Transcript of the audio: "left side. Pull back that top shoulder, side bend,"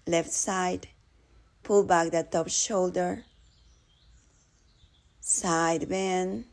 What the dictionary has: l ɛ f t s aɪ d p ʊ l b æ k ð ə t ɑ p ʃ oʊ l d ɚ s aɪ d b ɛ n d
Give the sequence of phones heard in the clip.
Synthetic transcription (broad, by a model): l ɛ f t s aɪ d p ʊ l b æ k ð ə t ɑ p ʃ oʊ l d ɚ s aɪ d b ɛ n